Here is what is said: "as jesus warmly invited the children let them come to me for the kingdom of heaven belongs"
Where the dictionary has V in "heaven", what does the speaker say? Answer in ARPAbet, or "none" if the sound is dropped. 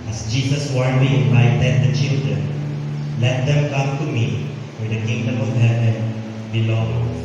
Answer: none